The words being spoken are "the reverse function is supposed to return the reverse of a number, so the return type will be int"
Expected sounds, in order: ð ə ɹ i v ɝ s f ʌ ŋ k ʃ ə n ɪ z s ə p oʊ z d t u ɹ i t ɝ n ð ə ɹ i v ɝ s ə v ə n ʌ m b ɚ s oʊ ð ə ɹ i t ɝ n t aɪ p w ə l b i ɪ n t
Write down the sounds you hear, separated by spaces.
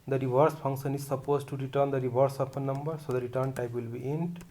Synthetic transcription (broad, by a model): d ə ɹ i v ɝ s p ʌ ŋ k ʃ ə n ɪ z s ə p oʊ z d t u ɹ i t ɝ n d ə ɹ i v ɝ s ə p ə n ʌ m b ɚ s oʊ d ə ɹ i t ɝ n t aɪ p w ə l b i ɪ n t